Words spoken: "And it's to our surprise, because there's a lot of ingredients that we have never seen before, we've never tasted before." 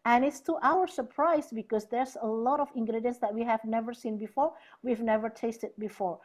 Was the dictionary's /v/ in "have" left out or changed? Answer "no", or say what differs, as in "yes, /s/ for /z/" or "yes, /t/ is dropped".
no